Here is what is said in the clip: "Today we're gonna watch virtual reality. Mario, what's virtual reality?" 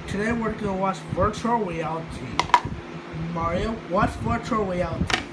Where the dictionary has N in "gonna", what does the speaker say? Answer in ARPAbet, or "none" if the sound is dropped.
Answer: none